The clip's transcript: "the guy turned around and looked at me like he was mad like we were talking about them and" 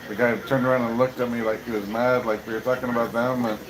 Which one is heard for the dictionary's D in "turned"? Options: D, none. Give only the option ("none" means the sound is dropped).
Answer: D